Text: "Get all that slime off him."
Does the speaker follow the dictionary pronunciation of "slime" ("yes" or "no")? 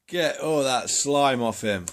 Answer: yes